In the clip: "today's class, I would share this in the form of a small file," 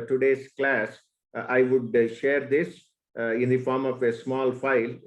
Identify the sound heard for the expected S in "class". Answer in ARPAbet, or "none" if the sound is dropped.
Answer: S